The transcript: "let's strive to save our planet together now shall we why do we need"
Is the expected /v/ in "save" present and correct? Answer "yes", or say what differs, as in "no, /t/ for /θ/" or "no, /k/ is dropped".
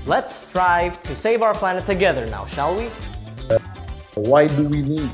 yes